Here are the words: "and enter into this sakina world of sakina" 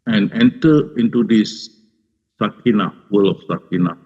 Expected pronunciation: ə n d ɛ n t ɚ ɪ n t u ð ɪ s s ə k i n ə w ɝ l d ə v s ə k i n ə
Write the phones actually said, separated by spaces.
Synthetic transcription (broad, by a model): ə n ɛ n t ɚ ɪ n t u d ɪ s s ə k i n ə w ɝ l ə f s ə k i n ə